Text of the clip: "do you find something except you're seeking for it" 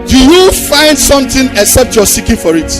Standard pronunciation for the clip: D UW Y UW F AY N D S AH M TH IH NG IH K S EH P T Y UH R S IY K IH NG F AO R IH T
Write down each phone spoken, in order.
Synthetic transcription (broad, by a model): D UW Y UW F AY N D S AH M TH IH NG IH K S EH P T Y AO S IY K IH NG F AO R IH T